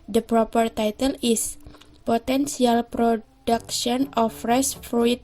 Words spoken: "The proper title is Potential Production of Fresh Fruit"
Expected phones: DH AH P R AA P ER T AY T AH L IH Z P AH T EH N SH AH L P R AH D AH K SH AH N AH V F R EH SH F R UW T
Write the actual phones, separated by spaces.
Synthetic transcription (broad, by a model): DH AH P R AA P ER T AY T AH L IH S P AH T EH N S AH L P R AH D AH K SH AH N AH F R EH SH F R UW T